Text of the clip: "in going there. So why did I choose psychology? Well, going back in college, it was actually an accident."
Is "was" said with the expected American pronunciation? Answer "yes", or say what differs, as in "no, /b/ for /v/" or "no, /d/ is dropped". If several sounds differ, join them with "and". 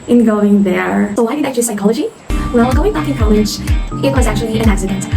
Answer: yes